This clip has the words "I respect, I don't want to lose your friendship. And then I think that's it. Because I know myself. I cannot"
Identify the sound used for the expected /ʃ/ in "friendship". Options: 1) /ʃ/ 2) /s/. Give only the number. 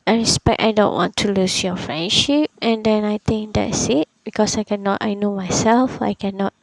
1